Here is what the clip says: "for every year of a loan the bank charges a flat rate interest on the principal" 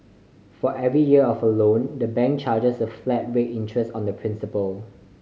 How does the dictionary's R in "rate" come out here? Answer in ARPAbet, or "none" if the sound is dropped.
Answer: W